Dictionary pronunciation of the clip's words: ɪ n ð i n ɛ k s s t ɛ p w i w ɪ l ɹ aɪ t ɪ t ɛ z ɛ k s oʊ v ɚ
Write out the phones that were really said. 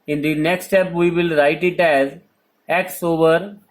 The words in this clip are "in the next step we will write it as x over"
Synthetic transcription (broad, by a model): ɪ n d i n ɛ k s s t ɛ p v i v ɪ l ɹ aɪ t ɪ t ɛ z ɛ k s oʊ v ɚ